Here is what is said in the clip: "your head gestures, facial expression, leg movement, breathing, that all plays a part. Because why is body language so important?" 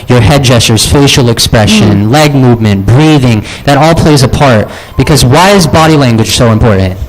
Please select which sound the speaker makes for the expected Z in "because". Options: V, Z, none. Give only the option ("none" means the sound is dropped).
Z